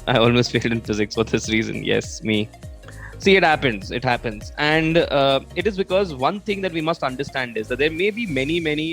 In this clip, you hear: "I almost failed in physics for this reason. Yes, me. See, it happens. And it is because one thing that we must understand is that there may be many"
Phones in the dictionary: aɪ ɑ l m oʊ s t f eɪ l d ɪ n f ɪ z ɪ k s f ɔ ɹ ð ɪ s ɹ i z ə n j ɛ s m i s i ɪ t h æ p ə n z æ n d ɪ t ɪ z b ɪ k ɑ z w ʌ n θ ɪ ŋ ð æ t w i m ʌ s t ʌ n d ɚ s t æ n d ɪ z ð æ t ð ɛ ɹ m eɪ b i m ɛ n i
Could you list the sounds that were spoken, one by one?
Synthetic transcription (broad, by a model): aɪ ɑ l m oʊ s t f eɪ l d ɪ n f ɪ z ɪ k s f ɔ ɹ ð ɪ s ɹ i z ə n j ɛ s m i s i ɪ t h æ p ə n z æ n d ɪ t ɪ z b ɪ k ɑ z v ʌ n t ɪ ŋ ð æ t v i m ʌ s t ʌ n d ɚ s t æ n d ɪ z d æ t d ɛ ɹ m eɪ b i m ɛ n i